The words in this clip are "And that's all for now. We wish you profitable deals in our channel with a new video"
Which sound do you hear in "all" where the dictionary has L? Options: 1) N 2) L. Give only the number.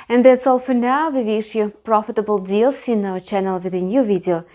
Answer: 2